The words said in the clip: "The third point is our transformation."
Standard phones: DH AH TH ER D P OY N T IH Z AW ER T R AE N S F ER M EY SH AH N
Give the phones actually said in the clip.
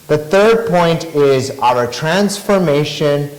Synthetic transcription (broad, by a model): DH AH TH ER D P OY N T IH Z AW ER T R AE N S F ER M EY SH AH N